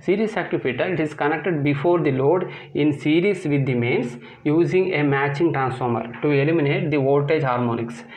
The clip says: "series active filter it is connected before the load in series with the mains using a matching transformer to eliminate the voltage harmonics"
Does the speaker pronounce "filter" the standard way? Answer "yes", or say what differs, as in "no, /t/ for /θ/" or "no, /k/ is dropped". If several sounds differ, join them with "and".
no, /l/ is dropped